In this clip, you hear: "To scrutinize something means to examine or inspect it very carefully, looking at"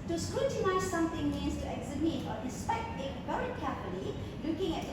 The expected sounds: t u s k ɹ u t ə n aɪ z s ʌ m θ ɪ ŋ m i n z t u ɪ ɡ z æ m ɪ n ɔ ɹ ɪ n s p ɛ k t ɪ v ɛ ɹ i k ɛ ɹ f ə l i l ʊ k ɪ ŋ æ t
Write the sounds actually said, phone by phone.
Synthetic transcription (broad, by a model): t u s k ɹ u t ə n aɪ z s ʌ m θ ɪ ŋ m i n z t u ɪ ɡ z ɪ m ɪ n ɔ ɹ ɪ s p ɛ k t ɪ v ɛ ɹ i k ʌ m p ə n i l ʊ k ɪ ŋ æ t